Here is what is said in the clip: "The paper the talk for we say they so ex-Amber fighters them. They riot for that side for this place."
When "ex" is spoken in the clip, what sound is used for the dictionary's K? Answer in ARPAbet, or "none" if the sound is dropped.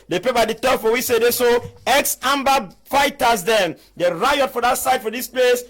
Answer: K